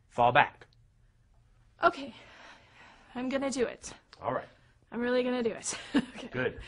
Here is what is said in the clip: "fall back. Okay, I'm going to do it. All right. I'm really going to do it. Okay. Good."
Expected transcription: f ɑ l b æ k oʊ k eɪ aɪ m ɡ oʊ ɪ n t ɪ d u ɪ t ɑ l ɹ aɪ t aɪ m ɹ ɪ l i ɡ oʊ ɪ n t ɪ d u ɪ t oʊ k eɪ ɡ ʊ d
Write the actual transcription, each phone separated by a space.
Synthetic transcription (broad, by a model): f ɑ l b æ k oʊ k eɪ aɪ m ɡ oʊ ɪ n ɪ d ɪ ɪ t ɑ l ɹ aɪ t aɪ m ɹ ɪ l i ɡ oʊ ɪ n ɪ d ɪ ɪ t oʊ k eɪ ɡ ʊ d